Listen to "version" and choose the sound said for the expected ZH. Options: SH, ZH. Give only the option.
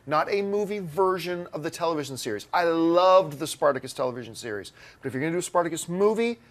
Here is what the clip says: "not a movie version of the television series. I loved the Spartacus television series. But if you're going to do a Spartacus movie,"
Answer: ZH